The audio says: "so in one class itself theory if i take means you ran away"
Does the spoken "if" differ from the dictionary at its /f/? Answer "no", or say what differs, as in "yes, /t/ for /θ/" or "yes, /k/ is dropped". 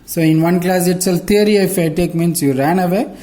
no